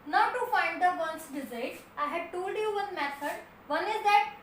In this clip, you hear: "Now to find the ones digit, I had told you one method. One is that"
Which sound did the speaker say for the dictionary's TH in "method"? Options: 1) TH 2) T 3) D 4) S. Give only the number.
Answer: 4